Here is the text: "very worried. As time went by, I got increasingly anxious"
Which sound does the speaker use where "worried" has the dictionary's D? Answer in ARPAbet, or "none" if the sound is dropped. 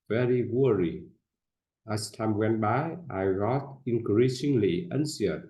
none